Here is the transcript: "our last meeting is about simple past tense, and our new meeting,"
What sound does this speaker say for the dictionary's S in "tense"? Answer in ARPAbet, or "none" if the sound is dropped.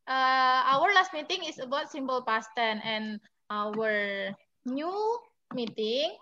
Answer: none